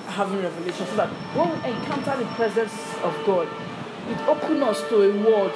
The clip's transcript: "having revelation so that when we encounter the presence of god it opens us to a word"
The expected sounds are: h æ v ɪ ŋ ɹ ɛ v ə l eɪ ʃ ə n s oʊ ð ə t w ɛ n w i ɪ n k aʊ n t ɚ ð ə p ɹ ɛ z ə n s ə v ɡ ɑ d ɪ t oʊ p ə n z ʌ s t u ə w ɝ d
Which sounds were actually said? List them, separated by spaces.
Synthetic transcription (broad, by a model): h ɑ v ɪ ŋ ɹ ɛ v ə l eɪ ʃ ə n s oʊ ð ə t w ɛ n w i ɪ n k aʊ n t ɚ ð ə p ɹ ɛ z ə n s ə v ɡ ɑ d ɪ t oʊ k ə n ʌ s t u ə w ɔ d